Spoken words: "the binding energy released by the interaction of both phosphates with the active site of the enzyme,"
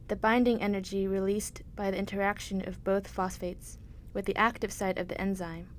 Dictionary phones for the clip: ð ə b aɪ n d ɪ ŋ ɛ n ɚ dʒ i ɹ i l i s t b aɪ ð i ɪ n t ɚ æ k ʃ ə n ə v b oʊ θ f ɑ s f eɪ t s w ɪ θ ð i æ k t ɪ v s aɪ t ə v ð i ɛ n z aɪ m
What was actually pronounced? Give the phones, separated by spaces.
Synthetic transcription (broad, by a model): ð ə b aɪ n d ɪ ŋ ɛ n ɚ dʒ i ɹ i l i s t b aɪ ð i ɪ n t ɚ æ k ʃ ə n ə v b oʊ θ f ɑ s f eɪ t s w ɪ ð i æ k t ɪ v s aɪ t ə v ð i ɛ n z aɪ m